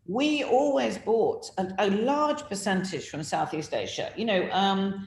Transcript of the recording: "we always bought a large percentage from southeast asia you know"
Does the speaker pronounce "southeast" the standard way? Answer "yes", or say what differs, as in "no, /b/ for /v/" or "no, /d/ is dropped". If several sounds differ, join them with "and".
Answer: yes